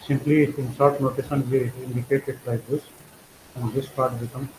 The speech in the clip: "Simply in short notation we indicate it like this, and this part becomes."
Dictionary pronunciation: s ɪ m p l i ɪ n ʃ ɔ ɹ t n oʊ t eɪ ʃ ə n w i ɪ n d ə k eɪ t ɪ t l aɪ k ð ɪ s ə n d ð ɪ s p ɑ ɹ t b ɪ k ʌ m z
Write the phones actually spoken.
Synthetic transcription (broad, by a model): s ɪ m p l i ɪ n s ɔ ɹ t n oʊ t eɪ s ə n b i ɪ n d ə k eɪ t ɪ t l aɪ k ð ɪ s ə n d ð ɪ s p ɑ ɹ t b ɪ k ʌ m